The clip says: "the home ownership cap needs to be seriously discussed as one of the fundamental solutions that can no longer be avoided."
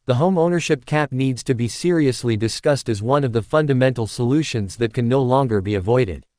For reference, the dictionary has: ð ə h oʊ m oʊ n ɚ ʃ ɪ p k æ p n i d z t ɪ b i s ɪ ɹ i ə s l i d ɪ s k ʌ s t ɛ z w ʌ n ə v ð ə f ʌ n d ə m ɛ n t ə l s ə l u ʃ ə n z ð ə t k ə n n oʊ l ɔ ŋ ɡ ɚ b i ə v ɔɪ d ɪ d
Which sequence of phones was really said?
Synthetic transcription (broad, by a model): ð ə h oʊ m oʊ n ɚ ʃ ɪ p k æ p n i d z t ɪ b i s ɪ ɹ i ə s l i d ɪ s k ʌ s t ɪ z w ʌ n ə v ð ə f ʌ n d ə m ɛ n t l s ə l u ʃ ə n z ð ə t k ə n n oʊ l ɔ ŋ ɡ ɚ b i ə v ɔɪ d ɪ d